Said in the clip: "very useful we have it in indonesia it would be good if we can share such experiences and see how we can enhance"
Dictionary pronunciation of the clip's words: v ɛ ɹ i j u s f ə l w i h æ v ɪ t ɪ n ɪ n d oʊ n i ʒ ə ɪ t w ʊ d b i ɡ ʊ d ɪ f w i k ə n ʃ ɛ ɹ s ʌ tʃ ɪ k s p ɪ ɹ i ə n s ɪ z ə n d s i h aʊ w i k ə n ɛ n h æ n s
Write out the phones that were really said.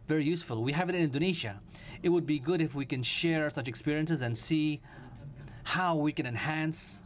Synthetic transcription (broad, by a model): v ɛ ɹ i j u s f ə l w i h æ v ɪ t ɪ n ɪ n d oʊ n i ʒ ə ɪ t w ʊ d b i ɡ ʊ d ɪ f w i k ə n ʃ ɛ ɹ s ʌ tʃ ɪ k s p ɪ ɹ i ə n s ɪ z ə n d s i h aʊ w i k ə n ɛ n h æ n s